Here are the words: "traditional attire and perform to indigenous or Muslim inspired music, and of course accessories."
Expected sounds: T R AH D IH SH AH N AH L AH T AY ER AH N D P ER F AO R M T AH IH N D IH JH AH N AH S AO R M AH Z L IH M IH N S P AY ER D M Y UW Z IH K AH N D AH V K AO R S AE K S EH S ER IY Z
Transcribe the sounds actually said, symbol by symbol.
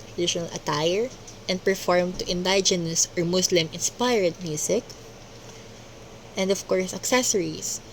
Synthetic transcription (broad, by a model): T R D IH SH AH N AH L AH T AY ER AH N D P ER F AO R M T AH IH N D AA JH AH N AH S AO R M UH S L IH M IH N S P AY ER D M Y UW S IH K AH N D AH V K AO R S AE K S EH S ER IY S